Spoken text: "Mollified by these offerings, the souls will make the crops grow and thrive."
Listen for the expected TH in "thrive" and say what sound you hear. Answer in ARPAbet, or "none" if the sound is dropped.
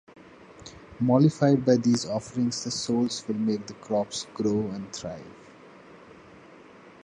T